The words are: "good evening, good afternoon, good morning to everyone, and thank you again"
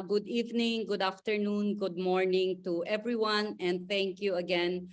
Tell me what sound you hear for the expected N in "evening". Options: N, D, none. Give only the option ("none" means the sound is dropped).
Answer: N